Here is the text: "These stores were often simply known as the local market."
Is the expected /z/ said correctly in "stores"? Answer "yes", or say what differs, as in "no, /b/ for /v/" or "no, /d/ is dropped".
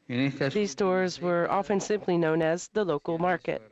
yes